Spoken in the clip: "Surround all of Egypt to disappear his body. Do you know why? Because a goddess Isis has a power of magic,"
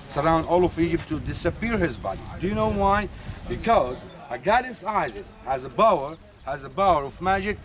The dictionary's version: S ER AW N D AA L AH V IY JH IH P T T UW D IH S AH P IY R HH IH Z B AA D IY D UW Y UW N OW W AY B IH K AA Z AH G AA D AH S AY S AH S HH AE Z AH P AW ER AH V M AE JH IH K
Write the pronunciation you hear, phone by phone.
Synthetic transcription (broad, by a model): S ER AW N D AA L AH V IY JH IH P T T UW D IH S AH P IY R HH IH Z B AA D IY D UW Y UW N OW W AY B IH K AA Z AH G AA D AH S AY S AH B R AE Z AH B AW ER AH V M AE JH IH K